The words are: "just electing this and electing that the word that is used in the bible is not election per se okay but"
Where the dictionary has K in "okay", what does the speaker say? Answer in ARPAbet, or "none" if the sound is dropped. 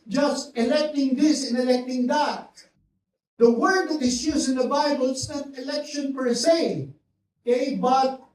none